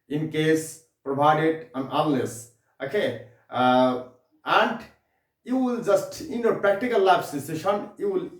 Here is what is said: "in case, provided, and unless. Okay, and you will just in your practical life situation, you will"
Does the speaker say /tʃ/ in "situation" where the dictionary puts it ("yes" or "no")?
no